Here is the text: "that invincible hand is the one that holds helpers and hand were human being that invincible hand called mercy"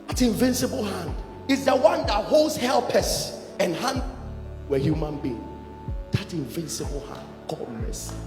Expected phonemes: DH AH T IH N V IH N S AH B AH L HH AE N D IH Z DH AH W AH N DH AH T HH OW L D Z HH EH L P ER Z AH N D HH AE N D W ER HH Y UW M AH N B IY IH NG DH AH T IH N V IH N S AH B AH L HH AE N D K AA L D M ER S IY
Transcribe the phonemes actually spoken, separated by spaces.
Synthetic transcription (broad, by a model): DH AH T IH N V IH N S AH B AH L HH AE N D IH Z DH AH W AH N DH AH T HH OW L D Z HH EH L P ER S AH N HH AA N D W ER HH Y UW M AH N B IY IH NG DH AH T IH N V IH N S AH B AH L HH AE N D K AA D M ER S